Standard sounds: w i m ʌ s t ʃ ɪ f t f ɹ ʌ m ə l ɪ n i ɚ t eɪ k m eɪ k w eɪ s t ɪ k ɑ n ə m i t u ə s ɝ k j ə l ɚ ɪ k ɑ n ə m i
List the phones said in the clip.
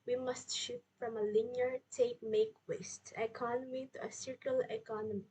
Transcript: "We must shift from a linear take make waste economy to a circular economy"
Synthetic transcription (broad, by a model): w i m ʌ s t ʃ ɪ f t f ɹ ʌ m ə l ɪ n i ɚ t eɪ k m eɪ k w eɪ s t ɪ k ɑ n ə m i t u ə s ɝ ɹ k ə l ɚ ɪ k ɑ n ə m i